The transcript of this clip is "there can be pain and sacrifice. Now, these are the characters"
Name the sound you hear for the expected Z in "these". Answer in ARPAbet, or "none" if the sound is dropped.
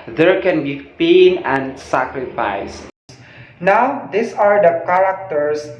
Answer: S